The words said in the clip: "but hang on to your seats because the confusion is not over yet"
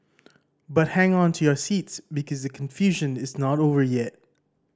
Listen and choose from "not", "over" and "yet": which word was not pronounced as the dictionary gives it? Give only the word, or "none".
none